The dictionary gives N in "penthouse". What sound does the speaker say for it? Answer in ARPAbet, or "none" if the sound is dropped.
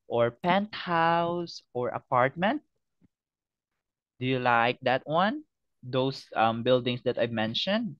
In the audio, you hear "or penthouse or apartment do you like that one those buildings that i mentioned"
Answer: N